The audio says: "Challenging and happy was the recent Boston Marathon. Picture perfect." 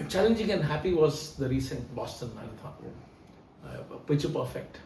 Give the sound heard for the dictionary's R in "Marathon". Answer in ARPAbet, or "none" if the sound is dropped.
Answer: none